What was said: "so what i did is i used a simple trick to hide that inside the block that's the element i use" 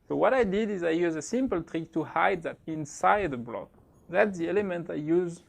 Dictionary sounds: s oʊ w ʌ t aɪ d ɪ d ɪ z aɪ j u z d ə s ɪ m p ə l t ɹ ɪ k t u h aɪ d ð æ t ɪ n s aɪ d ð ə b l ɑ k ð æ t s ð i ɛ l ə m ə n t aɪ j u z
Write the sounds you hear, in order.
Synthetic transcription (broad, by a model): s oʊ w ʌ t aɪ d ɪ d ɪ z aɪ j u z ə s ɪ m p ə l t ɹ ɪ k t u h aɪ d ð æ t ɪ n s aɪ d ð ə b l ɑ k ð æ t s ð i ɛ l ə m ə n t aɪ j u z